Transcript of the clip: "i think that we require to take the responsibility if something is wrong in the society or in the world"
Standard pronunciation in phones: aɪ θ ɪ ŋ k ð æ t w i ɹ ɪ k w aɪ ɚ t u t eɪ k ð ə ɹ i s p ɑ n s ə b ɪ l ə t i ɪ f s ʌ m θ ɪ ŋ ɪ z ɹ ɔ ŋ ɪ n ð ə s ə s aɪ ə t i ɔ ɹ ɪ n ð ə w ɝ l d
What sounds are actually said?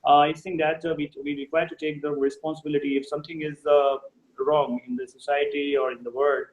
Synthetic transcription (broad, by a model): aɪ s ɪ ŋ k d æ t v i ɹ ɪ k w aɪ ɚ t u t eɪ k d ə ɹ i s p ɑ n s ə b ɪ l ə t i ɪ f s ʌ m t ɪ ŋ ɪ z ɹ ɔ ŋ ɪ n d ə s ə s aɪ ə t i ɔ ɹ ɪ n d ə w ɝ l d